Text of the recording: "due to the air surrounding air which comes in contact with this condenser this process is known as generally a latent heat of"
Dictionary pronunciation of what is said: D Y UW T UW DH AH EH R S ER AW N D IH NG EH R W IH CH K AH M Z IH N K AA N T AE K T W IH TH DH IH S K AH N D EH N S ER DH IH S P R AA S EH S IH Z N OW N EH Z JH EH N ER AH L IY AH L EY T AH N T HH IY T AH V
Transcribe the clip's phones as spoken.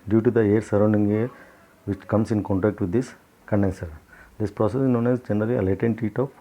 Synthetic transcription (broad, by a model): D Y UW T UW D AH EH R S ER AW N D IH NG EH R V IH CH K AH M S IH N K AA N T AE K T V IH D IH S K AH N D EH N S ER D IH S P R AA S EH S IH N OW N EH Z JH EH N ER AH L IY AH L EY T AH N T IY T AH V